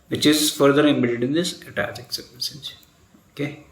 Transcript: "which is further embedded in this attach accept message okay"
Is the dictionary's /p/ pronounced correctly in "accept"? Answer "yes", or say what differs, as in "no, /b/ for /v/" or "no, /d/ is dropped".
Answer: no, /p/ is dropped